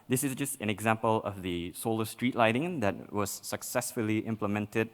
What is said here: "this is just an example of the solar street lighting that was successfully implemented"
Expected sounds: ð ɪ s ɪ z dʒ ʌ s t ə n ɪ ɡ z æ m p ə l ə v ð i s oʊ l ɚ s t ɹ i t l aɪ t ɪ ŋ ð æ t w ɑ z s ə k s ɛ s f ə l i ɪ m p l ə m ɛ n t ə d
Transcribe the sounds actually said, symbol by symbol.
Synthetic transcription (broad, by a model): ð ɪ s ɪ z dʒ ʌ s t ə n ɪ ɡ z æ m p ə l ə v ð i s oʊ l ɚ s t ɹ i t l aɪ t ɪ ŋ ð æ t w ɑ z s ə k s ɛ s f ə l i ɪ m p l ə m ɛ n t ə d